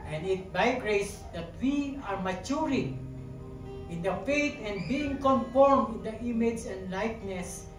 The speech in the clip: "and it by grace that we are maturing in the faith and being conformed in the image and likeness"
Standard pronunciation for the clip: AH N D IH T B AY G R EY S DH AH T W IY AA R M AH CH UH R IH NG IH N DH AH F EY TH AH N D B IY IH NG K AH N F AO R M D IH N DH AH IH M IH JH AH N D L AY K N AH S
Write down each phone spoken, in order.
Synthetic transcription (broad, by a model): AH N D IH T B AY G R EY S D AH T W IY AA R M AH CH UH R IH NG IH N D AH F EY T AH N D B IY IH NG K AH N F AO R M D IH N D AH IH M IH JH AH N D L AY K N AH S